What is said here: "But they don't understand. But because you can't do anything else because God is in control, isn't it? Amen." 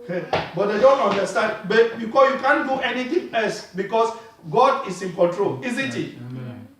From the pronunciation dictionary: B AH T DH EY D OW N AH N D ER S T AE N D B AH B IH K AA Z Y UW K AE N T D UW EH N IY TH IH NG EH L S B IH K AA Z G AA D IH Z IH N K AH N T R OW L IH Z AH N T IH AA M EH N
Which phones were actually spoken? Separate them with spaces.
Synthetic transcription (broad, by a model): B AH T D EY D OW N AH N D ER S T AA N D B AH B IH K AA S Y UW K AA N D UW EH N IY T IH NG EH L S B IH K AA S G AA D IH S IH N K AH N T R OW L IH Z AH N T IH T